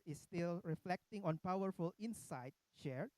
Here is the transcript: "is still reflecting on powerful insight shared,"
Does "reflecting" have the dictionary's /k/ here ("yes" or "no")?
yes